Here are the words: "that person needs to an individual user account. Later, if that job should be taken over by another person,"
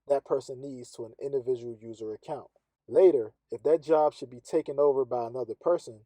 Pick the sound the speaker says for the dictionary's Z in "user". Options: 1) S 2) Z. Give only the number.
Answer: 2